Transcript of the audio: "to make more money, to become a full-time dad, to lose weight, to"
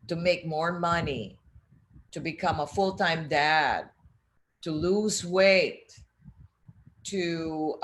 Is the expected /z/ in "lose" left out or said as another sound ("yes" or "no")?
no